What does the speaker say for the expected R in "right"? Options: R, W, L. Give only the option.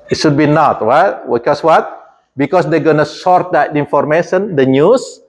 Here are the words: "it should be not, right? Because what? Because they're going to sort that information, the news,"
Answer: W